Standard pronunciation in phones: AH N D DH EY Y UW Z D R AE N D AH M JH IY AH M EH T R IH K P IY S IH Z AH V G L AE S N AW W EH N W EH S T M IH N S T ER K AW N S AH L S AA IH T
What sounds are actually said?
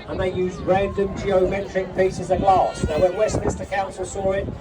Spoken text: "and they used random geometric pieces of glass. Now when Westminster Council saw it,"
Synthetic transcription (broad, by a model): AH N DH EY Y UW Z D R AE N D AH M JH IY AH M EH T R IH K P IY S IH Z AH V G L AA S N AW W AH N W EH S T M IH S T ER K AW N S AH L S AA IH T